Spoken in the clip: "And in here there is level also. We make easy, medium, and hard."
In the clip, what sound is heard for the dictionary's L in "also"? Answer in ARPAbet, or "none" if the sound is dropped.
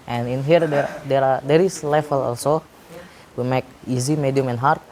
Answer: L